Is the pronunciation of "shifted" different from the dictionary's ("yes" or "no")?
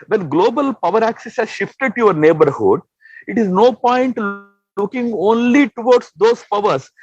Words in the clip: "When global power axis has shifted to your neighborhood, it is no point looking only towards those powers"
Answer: no